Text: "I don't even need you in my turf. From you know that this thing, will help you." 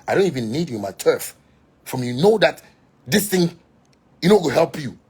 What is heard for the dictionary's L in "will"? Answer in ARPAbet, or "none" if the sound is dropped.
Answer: W